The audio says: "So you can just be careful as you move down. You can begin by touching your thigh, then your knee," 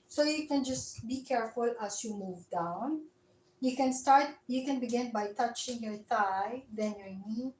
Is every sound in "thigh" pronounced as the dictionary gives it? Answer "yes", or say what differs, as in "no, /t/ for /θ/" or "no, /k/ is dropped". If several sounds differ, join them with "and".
no, /t/ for /θ/